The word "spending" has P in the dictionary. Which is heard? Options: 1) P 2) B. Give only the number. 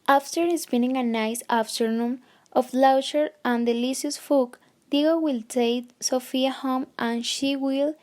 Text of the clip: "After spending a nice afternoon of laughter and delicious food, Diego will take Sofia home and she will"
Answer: 2